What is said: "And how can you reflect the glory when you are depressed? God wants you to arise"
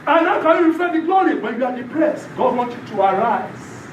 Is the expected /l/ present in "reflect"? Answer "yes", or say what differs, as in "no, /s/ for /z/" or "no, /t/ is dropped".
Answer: no, /l/ is dropped